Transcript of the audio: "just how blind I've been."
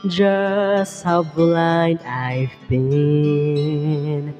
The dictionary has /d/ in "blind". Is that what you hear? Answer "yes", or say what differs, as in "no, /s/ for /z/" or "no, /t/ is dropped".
no, /d/ is dropped